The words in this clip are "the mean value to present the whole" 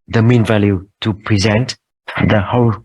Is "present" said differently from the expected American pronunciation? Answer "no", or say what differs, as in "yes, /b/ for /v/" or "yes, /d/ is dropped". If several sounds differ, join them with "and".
no